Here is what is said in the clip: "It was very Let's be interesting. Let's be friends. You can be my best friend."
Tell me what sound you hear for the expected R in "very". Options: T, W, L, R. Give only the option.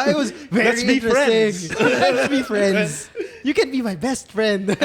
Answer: L